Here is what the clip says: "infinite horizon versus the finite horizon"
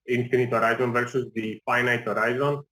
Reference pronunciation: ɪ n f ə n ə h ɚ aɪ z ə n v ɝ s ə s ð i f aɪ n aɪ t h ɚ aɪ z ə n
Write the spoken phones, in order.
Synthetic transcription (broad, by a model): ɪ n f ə n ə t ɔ aɪ z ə n v ɝ s ə s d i f aɪ n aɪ t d aɪ z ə n